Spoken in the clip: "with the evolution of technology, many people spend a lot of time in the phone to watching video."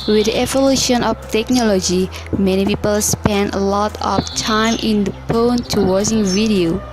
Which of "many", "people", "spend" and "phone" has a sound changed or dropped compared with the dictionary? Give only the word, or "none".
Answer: phone